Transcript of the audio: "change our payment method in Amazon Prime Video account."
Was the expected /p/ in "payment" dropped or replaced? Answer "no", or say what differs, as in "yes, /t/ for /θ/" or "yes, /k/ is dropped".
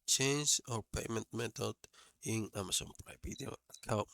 no